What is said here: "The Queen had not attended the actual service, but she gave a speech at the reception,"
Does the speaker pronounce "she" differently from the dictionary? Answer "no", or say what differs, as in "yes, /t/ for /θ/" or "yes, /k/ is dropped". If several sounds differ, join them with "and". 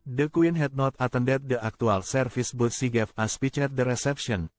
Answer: yes, /s/ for /ʃ/